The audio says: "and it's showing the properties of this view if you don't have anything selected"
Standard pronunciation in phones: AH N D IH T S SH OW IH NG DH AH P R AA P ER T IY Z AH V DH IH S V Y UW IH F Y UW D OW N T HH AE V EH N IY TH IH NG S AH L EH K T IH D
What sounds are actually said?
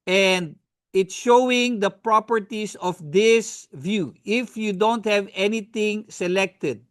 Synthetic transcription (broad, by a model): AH N D IH T S SH OW IH NG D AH P R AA P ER T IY S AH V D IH S V Y UW IH F Y UW D OW N T HH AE V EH N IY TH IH NG S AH L EH K T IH D